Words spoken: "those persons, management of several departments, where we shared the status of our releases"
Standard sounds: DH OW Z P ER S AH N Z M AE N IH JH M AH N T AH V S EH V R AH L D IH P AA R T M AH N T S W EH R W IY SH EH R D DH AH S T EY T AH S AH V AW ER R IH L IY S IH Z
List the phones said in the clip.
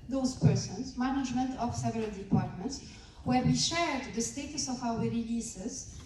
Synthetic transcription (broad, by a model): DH OW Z P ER S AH N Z M AE N IH JH M AH N T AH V S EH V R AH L D IH P AA R T M AH N T S W EH R W IY SH EH R D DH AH S T EY T AH S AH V AW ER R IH L IY S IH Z